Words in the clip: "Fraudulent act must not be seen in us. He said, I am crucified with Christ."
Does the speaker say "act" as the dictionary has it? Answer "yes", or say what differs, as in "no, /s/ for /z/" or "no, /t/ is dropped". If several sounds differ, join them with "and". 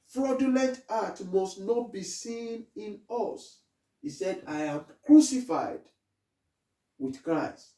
no, /k/ is dropped